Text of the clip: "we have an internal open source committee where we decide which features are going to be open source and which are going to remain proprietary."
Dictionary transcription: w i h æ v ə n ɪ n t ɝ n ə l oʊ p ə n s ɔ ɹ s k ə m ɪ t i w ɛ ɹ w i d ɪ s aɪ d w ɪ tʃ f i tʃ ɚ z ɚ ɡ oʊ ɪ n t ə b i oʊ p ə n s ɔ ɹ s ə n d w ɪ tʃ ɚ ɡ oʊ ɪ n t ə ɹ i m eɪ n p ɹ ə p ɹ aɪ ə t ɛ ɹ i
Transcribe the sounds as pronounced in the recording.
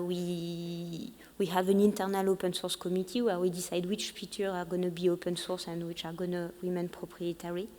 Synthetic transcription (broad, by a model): w i h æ v ə n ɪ n t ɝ n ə l oʊ p ə n s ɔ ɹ s k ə m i t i w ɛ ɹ w i d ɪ s aɪ d w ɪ tʃ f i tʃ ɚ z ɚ ɡ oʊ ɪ n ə b i oʊ p ə n s ɔ ɹ s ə n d w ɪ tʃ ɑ ɡ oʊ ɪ n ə w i m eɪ n p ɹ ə p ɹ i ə t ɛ ɹ i